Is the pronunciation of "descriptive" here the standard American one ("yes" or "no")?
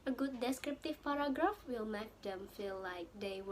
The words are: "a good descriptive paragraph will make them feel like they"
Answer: yes